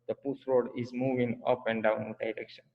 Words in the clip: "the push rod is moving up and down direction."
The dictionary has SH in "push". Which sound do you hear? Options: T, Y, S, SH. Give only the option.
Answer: S